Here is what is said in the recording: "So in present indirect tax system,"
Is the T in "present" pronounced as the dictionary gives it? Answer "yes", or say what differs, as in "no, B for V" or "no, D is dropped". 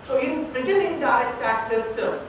no, T is dropped